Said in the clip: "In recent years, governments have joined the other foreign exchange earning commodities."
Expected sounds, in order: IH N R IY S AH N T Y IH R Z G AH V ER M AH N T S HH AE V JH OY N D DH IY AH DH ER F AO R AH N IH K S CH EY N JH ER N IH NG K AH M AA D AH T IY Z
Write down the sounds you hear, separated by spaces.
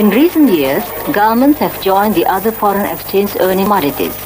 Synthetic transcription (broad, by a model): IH N R IY S AH N T Y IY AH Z G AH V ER M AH N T S HH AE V JH OY N D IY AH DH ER F AO R AH N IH K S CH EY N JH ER N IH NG M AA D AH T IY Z